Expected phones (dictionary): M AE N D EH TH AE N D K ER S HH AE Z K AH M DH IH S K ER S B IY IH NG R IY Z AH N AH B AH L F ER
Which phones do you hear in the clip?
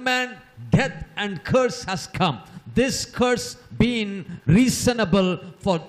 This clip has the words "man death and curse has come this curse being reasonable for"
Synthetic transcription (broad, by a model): M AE N D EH T AE N D K ER S HH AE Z K AH M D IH S K ER S B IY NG R IY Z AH N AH B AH L F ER